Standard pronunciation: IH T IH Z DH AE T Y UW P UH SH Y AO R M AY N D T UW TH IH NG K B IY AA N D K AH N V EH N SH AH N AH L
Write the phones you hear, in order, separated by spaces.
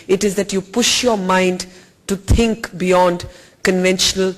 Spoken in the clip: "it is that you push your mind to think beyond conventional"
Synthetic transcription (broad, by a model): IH T IH Z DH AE T Y UW P UH SH Y AO R M AY N D T UW T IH NG K B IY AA N D K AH N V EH N SH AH N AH L